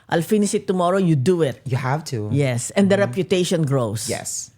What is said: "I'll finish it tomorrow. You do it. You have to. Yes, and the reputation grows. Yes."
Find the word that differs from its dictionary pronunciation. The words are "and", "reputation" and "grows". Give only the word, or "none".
grows